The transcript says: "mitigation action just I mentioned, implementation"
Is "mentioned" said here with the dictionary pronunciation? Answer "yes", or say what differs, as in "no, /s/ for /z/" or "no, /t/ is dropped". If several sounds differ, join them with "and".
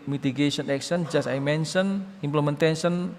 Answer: no, /d/ is dropped